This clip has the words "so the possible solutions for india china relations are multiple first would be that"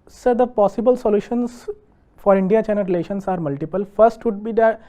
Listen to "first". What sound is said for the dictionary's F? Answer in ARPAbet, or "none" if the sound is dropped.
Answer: F